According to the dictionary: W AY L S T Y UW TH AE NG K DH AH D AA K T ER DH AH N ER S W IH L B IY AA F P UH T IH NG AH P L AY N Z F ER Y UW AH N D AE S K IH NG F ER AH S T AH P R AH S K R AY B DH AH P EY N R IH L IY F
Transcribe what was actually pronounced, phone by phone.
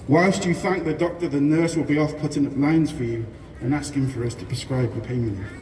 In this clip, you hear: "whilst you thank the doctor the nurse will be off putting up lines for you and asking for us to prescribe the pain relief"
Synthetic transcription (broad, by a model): W AY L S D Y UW TH AE NG K DH AH D AA K T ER DH AH N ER S W IH L B IY AA F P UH T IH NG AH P L AY N Z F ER Y UW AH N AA S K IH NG F ER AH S T AH P R AH S K R AY B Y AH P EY IH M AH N